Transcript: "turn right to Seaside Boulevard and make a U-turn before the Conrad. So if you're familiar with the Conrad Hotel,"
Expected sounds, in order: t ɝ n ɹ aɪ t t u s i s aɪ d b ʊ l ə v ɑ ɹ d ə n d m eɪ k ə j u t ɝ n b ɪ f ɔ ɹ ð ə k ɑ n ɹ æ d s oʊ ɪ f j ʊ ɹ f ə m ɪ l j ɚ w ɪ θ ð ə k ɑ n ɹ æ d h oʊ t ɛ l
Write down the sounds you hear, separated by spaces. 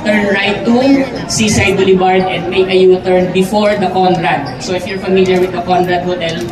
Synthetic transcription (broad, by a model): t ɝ n ɹ aɪ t t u s i s aɪ d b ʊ l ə b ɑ ɹ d ə n d m eɪ k ə j u t ɝ n b ɪ f ɔ ɹ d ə k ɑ n ɹ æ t s oʊ ɪ f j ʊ ɹ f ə m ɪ l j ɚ w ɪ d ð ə k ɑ n ɹ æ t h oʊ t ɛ l